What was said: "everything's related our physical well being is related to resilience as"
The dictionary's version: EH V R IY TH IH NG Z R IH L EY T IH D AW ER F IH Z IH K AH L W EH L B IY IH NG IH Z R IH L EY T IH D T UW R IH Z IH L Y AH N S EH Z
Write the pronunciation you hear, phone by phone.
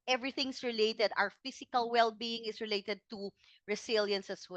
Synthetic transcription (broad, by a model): EH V R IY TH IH NG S R IH L EY T IH D AW ER F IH S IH K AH L W EH L B IY IH NG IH S R IH L EY T IH D T UW R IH S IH L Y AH N S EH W